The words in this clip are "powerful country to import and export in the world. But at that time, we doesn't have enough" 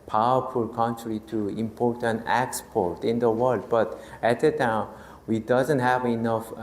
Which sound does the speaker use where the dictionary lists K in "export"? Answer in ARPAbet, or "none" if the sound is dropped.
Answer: K